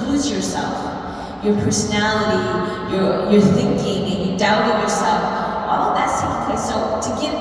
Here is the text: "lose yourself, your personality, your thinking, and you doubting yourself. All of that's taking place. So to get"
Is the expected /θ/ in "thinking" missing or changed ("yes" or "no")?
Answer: no